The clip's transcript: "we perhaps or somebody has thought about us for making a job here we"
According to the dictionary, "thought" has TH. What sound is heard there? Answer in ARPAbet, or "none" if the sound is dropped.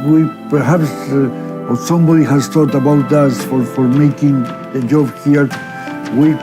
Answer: T